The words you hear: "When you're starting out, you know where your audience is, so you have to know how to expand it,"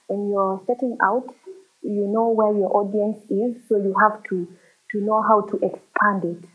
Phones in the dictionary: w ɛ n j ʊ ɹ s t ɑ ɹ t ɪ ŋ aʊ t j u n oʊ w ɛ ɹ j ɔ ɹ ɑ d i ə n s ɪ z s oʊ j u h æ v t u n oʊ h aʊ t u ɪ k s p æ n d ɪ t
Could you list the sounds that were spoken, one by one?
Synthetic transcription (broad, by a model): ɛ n j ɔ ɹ s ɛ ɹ t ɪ ŋ aʊ t j u n oʊ w ɛ ɹ j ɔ ɹ ɑ d i ə n s ɪ z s oʊ j u h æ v t u n oʊ h aʊ t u ɪ k s p æ n d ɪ t